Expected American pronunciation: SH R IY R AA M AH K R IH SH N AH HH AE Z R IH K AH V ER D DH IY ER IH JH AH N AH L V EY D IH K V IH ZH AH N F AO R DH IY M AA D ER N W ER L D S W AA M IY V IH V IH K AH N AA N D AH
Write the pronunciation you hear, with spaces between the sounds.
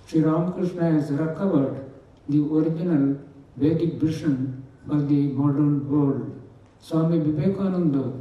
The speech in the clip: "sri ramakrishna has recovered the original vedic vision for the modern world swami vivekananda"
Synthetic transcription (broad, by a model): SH R IY R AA M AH K R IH SH N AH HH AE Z R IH K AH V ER D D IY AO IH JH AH N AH L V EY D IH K B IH SH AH N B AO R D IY M AA D ER N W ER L D S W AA M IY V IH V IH K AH N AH N D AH